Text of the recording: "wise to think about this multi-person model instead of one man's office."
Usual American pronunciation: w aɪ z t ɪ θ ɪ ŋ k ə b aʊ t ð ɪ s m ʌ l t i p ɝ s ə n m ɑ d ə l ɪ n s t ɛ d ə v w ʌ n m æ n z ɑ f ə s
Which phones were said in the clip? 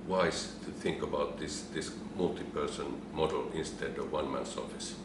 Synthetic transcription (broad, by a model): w aɪ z t ɪ θ ɪ ŋ k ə b aʊ t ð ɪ s m ʌ l t i p ɝ s ə n m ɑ d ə l ɪ n s t ɛ d ə v w ʌ n m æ n s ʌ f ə s